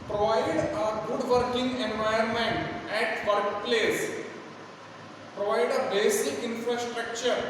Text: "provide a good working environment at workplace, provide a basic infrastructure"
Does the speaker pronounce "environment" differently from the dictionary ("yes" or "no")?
yes